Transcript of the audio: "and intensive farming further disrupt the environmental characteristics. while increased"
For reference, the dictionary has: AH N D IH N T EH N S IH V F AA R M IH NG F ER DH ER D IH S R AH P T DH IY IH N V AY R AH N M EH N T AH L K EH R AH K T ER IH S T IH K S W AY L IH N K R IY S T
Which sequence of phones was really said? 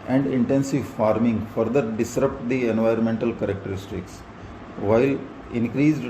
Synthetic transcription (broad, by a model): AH N D IH N T EH N S IH V F AA R M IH NG F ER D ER D IH S R AH P T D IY IH N V AY R AH N M EH N T AH L K EH R AH K T ER IH S T IH K S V AY L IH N K R IY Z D